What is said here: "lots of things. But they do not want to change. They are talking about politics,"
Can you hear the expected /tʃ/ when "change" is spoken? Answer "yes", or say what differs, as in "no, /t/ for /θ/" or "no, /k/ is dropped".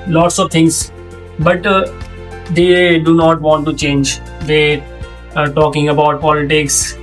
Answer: yes